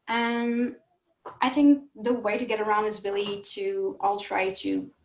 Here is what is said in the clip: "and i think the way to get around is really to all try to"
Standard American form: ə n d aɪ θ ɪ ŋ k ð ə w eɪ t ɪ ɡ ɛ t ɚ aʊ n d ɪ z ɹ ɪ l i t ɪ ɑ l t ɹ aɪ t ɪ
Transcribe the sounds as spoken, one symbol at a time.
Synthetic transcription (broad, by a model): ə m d aɪ θ ɪ ŋ k ð ə w eɪ t ɪ ɡ ɛ t ɚ aʊ n d ɪ z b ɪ l i t ɪ ɑ l t ɹ aɪ t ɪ